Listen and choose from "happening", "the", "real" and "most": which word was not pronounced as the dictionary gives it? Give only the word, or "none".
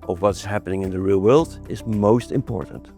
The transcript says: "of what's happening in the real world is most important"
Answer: none